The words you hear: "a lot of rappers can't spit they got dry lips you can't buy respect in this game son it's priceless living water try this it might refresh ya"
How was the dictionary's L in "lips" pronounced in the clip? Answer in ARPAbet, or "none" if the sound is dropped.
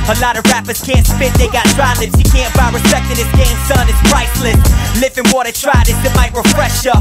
N